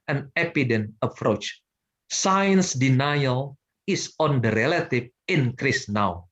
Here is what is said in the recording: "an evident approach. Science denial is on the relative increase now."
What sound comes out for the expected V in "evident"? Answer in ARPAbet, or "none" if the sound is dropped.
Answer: P